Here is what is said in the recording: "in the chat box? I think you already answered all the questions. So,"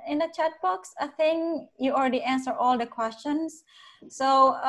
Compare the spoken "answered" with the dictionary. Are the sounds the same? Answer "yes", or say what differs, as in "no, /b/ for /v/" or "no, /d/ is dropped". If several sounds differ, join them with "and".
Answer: no, /d/ is dropped